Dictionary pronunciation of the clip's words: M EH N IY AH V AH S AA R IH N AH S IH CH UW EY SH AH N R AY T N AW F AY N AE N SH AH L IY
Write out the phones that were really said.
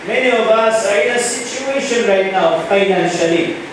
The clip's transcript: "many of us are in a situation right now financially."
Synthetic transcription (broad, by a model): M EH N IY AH B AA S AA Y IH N AH S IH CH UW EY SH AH N R AY T N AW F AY N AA N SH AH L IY